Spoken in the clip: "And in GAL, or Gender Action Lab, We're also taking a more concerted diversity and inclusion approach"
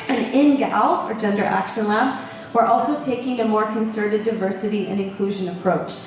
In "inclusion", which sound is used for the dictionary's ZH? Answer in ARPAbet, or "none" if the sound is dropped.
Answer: ZH